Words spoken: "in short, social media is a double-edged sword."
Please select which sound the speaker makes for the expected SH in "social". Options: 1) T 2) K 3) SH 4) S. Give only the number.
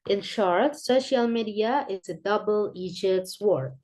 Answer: 3